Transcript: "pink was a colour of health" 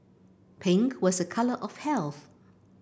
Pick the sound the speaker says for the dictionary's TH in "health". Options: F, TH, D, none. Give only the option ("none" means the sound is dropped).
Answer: TH